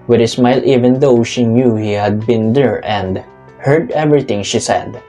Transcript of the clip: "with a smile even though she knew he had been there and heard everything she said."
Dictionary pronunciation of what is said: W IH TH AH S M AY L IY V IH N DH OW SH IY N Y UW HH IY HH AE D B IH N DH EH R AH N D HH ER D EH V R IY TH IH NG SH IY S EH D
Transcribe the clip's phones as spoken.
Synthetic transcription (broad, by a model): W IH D AH S M AY L IY V IH N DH OW SH IY N Y UW HH IY HH AE D B IH N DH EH R AH N D HH ER D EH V R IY T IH NG SH IY S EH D